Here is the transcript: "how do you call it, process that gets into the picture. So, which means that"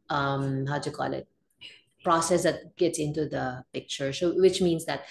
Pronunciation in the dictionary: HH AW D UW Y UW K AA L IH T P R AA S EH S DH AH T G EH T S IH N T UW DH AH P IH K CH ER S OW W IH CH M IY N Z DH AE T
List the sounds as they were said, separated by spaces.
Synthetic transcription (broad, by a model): HH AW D Y UW K AA L IH T P R AA S EH S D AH T G EH T S IH N T UW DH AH P IH K CH ER S OW W IH CH M IY N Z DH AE T